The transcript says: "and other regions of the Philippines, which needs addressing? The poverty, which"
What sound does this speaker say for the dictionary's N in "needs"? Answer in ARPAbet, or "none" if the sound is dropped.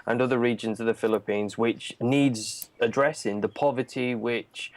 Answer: N